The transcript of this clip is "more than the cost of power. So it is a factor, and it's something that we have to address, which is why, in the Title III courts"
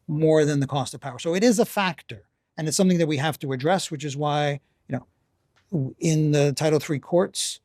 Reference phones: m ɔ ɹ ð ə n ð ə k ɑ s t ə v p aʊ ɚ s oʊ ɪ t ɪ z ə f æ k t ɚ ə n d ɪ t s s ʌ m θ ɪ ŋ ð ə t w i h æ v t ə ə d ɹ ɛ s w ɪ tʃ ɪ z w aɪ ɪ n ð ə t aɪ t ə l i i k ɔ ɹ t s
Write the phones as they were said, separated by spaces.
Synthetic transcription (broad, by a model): m ɔ ɹ ð ə n ð ə k ɑ s t ə v p aʊ ɚ s oʊ ɪ t ɪ z ə f æ k t ɚ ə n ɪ t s s ʌ m θ ɪ ŋ ð ə t w i h æ f t ə ə d ɹ ɛ s w ɪ tʃ ɪ z w aɪ ɪ n ð ə t aɪ t l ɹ i k ɔ ɹ t s